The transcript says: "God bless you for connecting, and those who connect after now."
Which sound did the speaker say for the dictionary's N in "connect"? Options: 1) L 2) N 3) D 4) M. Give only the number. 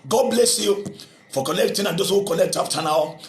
1